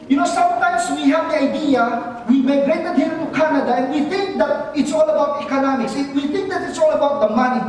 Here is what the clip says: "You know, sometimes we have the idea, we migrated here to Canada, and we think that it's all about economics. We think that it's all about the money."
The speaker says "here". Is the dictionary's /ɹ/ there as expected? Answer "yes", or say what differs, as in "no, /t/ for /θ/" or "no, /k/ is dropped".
no, /l/ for /ɹ/